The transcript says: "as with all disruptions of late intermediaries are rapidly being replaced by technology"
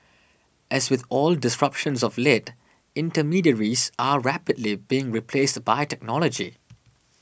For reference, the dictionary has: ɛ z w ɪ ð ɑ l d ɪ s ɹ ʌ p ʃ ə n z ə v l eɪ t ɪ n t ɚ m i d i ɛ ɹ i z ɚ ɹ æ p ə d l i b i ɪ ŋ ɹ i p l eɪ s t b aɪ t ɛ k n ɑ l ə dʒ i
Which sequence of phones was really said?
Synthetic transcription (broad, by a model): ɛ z w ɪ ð ɑ l d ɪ s ɹ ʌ p ʃ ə n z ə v l eɪ t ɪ n t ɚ m i d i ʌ ɹ i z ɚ ɹ æ p ə d l i b i ɪ ŋ ɹ i p l eɪ s t b aɪ t ɛ k n ɑ l ə dʒ i